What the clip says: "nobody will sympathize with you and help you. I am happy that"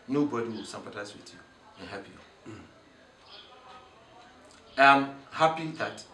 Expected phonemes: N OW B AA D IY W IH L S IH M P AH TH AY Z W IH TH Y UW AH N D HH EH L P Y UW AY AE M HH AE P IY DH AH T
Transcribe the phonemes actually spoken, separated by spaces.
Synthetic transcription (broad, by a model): N OW B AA D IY W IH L S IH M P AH T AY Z W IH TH Y UW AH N HH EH P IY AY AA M HH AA P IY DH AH T